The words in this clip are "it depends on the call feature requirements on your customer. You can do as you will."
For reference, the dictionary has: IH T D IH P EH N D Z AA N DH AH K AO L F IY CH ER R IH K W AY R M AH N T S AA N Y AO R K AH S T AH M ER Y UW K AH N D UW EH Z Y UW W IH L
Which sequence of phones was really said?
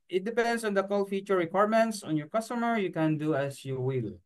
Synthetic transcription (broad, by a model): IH T D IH P EH N D S AA N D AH K AO L F IY CH ER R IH K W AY R M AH N T S AA N Y AO R K AH S T AH M ER Y UW K AH N D UW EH S Y UW W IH L